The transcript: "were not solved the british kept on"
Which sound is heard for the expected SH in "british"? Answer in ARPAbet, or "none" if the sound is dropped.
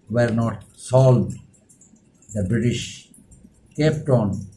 SH